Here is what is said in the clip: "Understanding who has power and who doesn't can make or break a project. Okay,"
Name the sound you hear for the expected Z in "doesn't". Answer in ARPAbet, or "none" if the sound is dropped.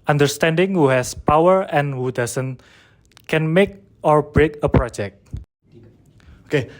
S